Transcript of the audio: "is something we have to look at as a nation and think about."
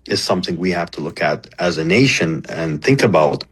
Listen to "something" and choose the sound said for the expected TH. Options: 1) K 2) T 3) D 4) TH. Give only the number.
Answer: 4